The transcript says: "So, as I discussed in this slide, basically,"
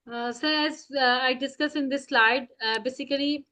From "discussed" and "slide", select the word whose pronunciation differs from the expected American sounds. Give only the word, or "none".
discussed